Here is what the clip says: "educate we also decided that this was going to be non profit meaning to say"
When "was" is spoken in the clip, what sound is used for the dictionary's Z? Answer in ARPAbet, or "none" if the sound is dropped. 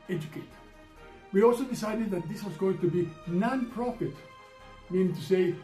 Z